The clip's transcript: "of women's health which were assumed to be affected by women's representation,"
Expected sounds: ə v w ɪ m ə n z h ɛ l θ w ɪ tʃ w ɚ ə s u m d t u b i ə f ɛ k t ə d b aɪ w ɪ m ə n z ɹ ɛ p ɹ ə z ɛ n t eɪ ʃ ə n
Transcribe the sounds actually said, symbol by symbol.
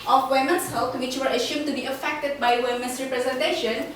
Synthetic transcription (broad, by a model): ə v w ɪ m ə n s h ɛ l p w ɪ tʃ w ɚ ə ʃ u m t u b i ə f ɛ k t ə d b aɪ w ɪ m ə n s ɹ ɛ p ɹ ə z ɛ n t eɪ ʃ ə n